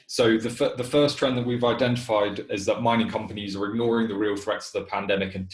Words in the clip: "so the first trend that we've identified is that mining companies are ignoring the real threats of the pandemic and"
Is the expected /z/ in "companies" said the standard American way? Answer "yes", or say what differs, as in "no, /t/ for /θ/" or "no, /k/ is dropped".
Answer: yes